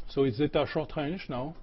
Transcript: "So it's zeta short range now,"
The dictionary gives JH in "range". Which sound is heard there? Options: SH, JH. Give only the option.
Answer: SH